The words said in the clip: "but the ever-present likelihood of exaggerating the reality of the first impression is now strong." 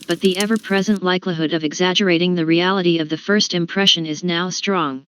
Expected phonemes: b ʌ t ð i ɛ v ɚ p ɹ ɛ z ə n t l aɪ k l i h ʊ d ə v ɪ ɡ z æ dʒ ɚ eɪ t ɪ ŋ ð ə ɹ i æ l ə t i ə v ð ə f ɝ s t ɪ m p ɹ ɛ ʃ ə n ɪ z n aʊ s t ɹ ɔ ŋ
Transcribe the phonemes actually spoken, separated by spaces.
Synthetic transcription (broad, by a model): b ʌ t ð i ɛ v ɚ p ɹ ɛ z ə n t l aɪ k l i h ʊ d ə v ɪ ɡ z æ dʒ ɚ eɪ t ɪ ŋ ð ə ɹ i æ l ə t i ə v ð ə f ɝ s t ɪ m p ɹ ɛ ʃ ə n ɪ z n aʊ s t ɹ ɔ ŋ